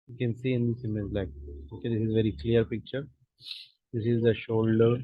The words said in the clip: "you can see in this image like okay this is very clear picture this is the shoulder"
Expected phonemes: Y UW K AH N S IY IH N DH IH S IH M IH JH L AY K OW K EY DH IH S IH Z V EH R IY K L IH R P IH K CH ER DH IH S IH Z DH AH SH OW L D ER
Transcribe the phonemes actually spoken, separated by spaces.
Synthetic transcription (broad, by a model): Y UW K AH N S IY IH N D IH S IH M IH Z L AY K OW K EY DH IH S IH Z V EH R IY K L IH R P IH K CH ER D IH S IH Z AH SH OW L D ER